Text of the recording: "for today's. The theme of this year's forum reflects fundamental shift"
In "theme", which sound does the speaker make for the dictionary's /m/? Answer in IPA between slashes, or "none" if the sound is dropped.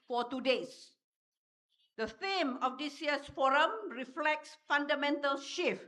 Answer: /m/